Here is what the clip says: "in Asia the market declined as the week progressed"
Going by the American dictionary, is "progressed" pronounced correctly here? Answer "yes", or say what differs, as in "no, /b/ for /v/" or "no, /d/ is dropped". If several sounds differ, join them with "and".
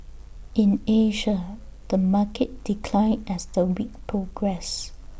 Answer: no, /t/ is dropped